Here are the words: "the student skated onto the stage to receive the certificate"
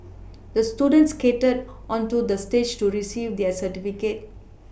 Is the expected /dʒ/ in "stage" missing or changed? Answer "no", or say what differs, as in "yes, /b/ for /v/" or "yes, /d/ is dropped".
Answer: no